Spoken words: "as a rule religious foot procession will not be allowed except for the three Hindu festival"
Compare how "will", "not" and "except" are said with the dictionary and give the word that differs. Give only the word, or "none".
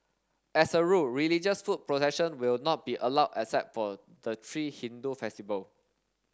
except